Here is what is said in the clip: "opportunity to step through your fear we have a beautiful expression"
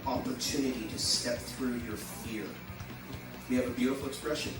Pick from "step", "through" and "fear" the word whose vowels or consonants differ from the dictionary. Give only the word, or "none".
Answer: none